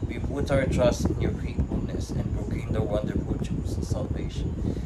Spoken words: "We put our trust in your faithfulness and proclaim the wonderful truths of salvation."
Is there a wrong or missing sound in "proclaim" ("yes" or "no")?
yes